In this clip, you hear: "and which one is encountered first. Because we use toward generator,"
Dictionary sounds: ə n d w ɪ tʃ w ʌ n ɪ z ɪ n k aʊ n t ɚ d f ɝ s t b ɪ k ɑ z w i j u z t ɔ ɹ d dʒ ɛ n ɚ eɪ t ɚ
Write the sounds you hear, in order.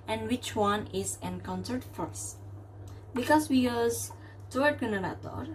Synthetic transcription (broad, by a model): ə n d w ɪ tʃ w ʌ n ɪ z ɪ n k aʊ n s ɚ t f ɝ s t b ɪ k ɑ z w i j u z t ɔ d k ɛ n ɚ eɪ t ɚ